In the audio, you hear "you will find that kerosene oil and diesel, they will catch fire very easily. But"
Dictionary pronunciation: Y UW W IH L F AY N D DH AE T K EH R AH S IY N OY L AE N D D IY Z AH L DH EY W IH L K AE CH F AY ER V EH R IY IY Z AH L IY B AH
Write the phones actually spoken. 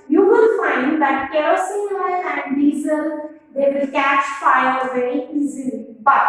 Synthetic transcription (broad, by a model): Y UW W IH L F AY N D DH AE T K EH AH S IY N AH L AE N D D IY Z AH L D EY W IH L K AE CH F AY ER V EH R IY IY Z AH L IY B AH